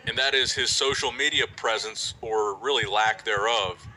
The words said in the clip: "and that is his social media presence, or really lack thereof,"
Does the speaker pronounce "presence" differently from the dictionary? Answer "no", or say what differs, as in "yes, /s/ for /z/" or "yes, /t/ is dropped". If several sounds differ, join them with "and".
no